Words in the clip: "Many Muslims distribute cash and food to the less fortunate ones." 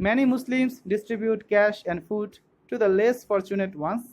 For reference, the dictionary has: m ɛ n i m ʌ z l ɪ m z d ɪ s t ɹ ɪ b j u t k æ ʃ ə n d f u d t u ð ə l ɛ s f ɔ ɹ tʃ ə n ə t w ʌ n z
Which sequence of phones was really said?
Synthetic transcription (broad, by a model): m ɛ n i m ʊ s l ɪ m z d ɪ s t ɹ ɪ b j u t k æ ʃ ə n d f u d t u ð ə l ɛ s f ɔ ɹ tʃ ə n ə t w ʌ n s